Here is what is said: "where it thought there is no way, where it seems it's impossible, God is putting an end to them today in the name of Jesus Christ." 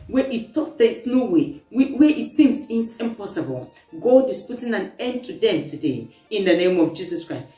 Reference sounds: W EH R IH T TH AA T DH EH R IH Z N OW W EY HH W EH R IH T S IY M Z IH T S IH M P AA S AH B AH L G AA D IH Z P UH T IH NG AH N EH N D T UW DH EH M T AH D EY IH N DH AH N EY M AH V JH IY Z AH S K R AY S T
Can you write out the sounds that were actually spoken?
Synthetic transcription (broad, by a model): W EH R IH T T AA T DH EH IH S N OW W EY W W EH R IH T S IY M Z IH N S IH M P AA S AH B AH L G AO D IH S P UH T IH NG AH N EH N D T UW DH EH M T AH D EY IH N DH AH N EY M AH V JH IY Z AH S K R AY S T